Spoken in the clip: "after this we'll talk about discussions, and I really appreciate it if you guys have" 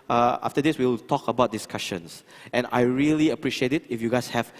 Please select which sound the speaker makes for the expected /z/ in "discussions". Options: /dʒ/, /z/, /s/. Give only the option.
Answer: /s/